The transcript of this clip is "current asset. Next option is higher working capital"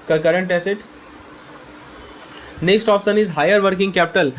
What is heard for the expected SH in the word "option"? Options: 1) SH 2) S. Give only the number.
2